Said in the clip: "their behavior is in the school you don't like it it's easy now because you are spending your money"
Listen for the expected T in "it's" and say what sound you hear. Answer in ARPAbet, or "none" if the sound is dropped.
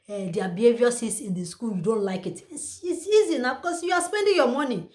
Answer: S